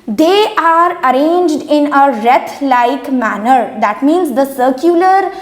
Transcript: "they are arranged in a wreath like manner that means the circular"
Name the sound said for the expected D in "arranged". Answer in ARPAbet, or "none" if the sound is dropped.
D